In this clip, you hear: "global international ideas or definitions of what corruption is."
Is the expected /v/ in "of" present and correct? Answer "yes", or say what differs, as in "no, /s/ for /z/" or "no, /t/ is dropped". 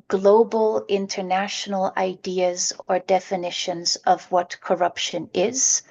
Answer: yes